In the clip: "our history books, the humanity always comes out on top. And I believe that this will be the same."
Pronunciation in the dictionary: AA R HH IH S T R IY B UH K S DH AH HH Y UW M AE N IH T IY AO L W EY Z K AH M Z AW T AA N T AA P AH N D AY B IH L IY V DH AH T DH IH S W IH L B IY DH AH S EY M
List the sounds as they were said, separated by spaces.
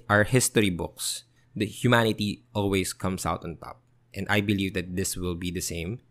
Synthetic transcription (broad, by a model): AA R HH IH S T R IY B UH K S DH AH HH Y UW M AE N IH T IY AO L W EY S K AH M S AW T AA N T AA P AH N D AY B IH L IY V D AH T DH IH S W IH L B IY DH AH S EY M